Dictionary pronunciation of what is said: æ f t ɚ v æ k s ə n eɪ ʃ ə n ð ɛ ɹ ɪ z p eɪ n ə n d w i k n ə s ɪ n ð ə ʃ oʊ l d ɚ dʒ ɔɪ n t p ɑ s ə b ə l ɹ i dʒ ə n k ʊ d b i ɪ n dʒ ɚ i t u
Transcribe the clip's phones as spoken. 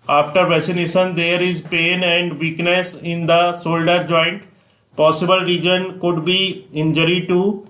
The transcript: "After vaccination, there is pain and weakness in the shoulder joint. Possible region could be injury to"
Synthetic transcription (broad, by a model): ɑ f t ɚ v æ s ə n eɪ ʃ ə n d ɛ ɹ ɪ z p eɪ n ə n d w i k n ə s ɪ n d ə s oʊ l d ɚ dʒ ɔɪ n t p ɑ s ə b ə l ɹ i dʒ ə n k ʊ d b i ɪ n dʒ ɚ i t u